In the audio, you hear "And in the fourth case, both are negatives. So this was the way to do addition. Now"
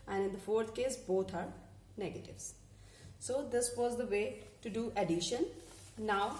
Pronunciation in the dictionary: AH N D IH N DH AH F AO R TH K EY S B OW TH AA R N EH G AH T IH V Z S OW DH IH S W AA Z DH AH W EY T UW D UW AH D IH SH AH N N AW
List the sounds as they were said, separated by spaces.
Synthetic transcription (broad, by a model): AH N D IH N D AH F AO R T K EY S B OW T AA R N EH G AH T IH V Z S OW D IH S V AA Z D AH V EY T UW D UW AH D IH SH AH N N AW